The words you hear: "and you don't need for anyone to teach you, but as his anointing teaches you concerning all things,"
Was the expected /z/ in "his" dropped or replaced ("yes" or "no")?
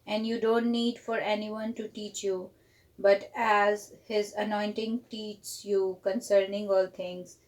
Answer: no